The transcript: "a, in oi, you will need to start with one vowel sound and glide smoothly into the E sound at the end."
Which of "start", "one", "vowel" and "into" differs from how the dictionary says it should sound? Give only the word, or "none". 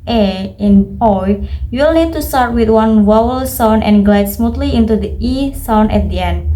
vowel